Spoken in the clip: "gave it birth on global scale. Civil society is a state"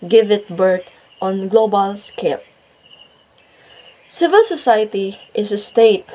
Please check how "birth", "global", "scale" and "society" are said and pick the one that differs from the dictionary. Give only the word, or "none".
birth